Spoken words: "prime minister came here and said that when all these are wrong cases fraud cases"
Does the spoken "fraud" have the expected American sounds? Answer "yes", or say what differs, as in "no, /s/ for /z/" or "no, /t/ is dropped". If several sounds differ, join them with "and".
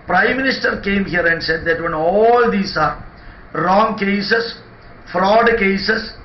yes